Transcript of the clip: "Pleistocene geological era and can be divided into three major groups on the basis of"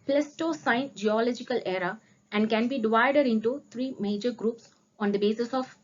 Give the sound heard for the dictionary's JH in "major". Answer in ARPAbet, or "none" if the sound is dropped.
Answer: JH